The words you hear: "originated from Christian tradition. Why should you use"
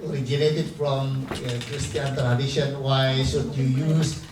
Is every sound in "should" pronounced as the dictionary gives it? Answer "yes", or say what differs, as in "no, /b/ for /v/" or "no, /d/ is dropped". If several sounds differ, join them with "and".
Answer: no, /s/ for /ʃ/